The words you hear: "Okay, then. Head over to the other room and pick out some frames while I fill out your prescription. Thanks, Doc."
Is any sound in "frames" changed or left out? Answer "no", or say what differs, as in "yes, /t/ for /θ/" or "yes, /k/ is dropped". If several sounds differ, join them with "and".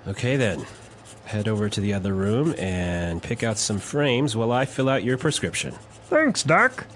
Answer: no